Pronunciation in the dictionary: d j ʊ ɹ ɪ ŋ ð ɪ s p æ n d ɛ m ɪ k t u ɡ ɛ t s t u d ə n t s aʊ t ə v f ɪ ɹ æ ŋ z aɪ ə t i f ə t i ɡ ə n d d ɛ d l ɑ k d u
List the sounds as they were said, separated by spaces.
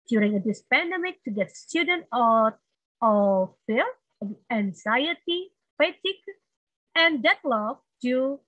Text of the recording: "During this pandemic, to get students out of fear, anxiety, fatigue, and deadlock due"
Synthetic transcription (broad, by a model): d j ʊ ɹ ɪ ŋ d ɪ s p æ n d ɛ m ɪ k t u ɡ ɛ t s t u d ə n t ɔ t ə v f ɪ l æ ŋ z aɪ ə t i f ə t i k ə n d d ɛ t l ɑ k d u